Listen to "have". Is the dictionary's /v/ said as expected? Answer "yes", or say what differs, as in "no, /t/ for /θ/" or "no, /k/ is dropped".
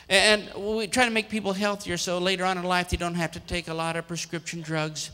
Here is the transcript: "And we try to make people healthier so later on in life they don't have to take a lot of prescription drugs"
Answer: no, /f/ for /v/